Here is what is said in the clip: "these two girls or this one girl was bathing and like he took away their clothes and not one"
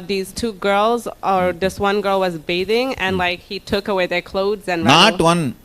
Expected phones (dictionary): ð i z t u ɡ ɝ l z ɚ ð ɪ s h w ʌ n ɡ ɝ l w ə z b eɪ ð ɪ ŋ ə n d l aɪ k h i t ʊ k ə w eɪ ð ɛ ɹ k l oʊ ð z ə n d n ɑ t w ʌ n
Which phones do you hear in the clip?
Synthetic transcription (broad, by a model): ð i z t u ɡ ɝ l z ɚ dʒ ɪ s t w ʌ n ɡ ɝ l w ə z b eɪ ð ɪ ŋ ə n l aɪ k h i t ʊ k ə w eɪ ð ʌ ɹ k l oʊ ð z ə n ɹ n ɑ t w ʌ n